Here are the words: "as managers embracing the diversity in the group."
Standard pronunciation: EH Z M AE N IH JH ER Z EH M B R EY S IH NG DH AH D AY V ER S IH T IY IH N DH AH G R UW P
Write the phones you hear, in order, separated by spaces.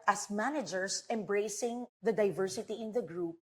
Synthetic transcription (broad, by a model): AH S M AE N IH JH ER S EH M B R EY S IH NG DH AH D AY V ER S IH T IY IH N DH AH G R UW P